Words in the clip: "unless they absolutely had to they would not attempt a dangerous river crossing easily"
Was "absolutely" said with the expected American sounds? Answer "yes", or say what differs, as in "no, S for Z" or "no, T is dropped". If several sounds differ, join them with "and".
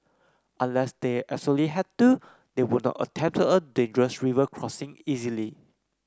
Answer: no, B is dropped